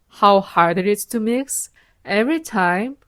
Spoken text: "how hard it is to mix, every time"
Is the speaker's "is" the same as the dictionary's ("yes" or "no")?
no